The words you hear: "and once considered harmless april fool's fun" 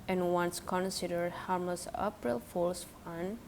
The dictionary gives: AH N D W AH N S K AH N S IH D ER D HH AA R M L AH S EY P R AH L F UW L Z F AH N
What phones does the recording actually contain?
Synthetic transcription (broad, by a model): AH N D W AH N S K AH N S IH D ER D HH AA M AH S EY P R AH L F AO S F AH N